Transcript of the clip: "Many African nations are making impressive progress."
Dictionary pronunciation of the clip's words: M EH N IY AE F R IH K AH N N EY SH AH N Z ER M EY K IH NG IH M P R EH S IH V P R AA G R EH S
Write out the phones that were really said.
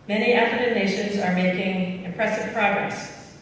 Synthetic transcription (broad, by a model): M EH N IY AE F IH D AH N N EY SH AH N Z ER M EY K IH NG IH M P R EH S IH V P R AA G R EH S